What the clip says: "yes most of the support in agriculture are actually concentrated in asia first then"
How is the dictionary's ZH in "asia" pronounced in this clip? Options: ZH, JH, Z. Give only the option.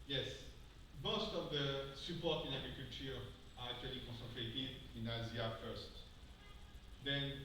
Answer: Z